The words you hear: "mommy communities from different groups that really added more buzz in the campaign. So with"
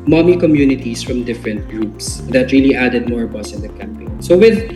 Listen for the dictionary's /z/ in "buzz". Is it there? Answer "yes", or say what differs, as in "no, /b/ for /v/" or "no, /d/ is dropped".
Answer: no, /s/ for /z/